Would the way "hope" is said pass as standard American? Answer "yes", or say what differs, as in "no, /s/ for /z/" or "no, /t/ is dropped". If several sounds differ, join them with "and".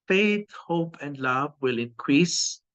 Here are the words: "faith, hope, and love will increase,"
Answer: yes